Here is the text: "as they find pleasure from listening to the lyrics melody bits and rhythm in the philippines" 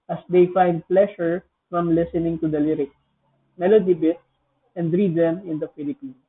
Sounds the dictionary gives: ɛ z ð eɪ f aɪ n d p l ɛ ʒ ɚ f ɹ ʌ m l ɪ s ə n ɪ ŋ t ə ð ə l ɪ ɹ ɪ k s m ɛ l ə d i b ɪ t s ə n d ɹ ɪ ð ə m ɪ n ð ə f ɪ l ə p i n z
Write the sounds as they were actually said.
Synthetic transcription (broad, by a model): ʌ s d eɪ f aɪ n d p l ɛ ʃ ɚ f ɹ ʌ m l ɪ s ə n ɪ ŋ t ə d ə l ɪ ɹ ɪ k s m ɛ l ə d i b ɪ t s ə n d ɹ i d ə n ɪ n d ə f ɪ l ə p i n